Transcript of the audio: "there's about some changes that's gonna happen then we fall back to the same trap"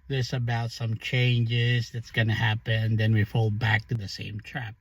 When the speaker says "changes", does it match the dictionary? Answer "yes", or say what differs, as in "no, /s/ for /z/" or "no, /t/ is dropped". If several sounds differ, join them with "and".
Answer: yes